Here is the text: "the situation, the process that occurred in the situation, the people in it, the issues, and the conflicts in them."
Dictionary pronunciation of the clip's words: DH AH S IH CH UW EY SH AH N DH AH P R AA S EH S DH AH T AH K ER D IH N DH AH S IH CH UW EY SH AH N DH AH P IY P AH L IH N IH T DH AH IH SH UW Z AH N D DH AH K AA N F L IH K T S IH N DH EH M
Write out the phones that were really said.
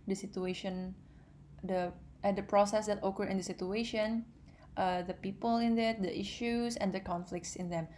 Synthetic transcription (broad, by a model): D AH S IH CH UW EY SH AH N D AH P R AA S EH S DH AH T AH K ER IH N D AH S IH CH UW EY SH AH N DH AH P IY P AH L IH N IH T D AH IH SH UW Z AH N D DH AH K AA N F L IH K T S IH N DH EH M